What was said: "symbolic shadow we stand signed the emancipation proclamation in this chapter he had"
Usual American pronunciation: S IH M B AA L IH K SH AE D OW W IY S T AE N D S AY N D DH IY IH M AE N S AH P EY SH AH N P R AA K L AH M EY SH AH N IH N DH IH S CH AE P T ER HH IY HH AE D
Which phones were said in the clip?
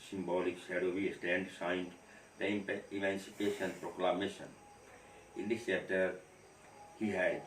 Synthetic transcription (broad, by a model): S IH M B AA L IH K S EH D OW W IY S T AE N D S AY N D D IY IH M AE N S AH P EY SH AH N P R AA K L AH M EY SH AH N IH N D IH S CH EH T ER HH IY HH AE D